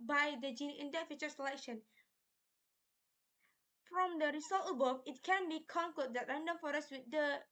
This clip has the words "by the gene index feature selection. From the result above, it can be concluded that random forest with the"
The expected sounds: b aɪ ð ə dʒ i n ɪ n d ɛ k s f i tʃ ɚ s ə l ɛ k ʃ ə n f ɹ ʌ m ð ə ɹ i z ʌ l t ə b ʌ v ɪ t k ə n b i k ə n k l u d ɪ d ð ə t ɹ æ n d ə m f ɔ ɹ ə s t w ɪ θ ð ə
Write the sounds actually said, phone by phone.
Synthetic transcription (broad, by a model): b aɪ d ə dʒ i n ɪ n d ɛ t f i tʃ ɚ s ə l ɛ k ʃ ə n f ɹ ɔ m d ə ɹ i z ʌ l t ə b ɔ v ɪ t k ə n b i k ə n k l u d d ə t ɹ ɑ n d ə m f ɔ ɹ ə s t w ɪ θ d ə